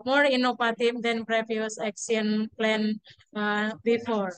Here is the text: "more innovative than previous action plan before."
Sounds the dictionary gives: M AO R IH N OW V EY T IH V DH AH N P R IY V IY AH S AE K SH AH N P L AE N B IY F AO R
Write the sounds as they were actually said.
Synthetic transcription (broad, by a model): M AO R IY N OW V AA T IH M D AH N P R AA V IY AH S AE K S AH N P L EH N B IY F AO R